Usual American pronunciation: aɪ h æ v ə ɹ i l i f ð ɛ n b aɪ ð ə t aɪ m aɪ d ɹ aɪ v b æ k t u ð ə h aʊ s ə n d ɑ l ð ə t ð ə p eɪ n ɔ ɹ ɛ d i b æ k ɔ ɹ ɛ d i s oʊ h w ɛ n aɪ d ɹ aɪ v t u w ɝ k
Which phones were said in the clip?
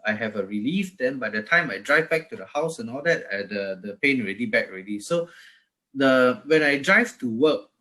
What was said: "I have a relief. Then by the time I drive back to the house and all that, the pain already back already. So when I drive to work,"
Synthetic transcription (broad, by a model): aɪ h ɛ v ə ɹ i l i f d ɛ n b aɪ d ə t aɪ m aɪ d ɹ aɪ v b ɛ k t u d ə h aʊ s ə n ɑ l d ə t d ə p eɪ n ɔ ɹ ɛ d i b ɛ k ɔ ɹ ɛ d i s oʊ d w ɛ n aɪ d ɹ aɪ v t u w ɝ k